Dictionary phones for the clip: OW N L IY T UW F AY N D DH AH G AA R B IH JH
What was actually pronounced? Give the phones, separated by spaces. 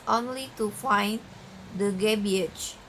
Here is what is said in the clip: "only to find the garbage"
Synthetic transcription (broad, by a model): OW N L IY T UW F AY N D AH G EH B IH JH